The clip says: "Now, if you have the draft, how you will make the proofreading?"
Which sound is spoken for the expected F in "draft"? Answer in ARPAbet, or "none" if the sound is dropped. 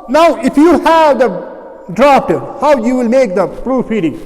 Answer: P